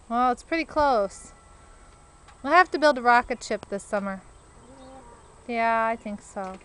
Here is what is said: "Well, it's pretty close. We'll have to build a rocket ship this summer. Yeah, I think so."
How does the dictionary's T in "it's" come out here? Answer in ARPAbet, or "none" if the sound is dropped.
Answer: T